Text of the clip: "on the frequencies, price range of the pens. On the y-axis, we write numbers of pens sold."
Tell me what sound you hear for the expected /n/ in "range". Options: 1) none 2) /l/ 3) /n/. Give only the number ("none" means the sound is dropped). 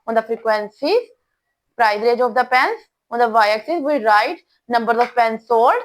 1